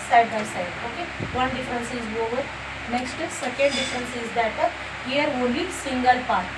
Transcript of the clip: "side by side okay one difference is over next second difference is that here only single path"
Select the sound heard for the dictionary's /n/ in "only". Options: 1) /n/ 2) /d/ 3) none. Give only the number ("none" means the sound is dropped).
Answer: 3